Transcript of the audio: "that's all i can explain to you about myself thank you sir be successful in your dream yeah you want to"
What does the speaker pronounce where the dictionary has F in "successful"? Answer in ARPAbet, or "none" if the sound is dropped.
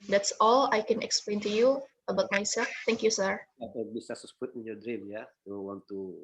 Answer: P